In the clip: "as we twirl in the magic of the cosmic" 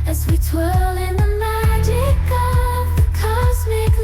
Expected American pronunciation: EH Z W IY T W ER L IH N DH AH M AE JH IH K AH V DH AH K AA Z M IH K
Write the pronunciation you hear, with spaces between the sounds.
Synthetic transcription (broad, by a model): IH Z W IY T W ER L IH N DH AH M AE JH IH K AH V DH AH K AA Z M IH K